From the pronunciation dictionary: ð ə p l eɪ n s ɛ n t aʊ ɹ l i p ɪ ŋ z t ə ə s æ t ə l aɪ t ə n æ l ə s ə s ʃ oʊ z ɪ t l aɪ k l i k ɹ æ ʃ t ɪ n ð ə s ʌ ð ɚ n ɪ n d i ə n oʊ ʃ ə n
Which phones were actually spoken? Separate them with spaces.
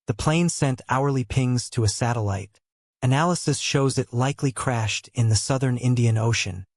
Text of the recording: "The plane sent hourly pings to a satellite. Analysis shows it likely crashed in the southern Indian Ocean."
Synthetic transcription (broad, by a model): ð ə p l eɪ n s ɛ n t aʊ ɹ l i p ɪ ŋ z t ə ə s æ t ə l aɪ t ə n æ l ə s ə s ʃ oʊ z ɪ t l aɪ k l i k ɹ æ ʃ t ɪ n ð ə s ʌ ð ɚ n ɪ n d i ə n oʊ ʃ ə n